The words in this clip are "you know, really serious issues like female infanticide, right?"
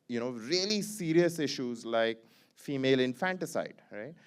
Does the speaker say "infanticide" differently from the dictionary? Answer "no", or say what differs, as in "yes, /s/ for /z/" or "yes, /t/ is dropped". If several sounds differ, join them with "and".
no